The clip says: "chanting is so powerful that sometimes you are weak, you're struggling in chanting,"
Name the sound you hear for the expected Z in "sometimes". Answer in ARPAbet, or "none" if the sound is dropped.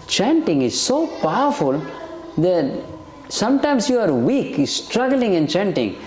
S